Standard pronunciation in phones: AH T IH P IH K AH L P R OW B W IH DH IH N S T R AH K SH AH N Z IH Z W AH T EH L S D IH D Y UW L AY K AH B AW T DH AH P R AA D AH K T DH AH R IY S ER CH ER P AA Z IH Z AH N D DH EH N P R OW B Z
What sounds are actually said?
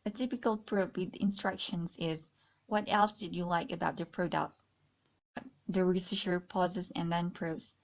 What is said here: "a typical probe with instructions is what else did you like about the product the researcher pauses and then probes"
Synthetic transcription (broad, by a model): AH T IH P IH K AH L P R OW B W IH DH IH N S T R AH K SH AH N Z IH Z W AH T EH L S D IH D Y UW L AY K AH B AW T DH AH P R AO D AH T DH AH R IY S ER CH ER P AA Z IH Z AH N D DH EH N P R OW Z